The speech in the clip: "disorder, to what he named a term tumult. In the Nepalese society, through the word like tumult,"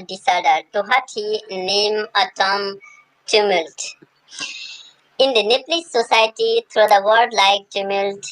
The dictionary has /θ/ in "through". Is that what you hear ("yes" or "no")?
no